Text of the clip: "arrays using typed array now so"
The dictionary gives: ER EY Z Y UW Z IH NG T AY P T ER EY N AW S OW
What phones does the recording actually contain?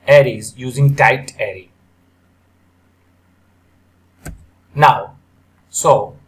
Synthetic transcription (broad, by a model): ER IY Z Y UW Z IH NG T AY T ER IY N AW S OW